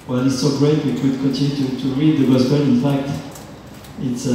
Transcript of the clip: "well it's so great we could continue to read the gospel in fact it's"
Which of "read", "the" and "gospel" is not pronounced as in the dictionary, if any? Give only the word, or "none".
gospel